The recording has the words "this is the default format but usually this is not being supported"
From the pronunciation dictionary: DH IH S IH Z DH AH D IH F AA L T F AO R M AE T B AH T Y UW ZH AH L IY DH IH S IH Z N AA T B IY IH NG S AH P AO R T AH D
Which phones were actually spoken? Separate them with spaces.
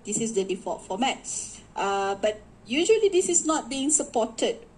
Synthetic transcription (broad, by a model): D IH S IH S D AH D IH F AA T F AO M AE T B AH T Y UW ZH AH L IY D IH S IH S N AA T B IY IH NG S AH P AO T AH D